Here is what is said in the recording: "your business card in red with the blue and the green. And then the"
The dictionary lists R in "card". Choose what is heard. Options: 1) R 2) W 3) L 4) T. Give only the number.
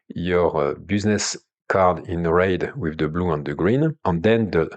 1